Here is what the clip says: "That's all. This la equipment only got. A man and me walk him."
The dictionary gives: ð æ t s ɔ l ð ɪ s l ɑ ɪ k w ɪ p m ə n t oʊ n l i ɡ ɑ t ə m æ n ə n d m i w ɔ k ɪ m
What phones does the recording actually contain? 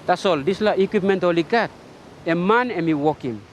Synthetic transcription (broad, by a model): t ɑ s ɔ l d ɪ s l ɑ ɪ k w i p m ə n t oʊ l i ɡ ɑ t ə m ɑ n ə m i w ɔ k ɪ m